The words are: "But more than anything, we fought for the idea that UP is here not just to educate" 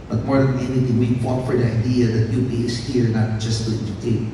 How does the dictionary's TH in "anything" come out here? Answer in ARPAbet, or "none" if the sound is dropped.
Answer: T